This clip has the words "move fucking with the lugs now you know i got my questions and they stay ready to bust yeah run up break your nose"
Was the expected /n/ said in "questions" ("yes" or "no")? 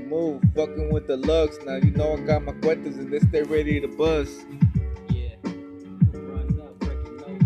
no